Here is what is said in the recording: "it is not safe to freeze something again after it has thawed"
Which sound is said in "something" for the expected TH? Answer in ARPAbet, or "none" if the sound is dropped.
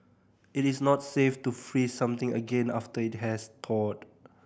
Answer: T